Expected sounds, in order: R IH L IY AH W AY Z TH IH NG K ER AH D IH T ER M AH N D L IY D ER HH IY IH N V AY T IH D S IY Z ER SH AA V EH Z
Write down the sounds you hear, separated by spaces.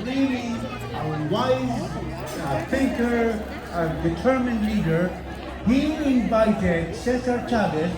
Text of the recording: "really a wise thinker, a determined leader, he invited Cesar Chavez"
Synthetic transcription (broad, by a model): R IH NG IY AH W AY Z F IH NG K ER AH D IH T ER M AH N D L IY D ER HH IY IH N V AY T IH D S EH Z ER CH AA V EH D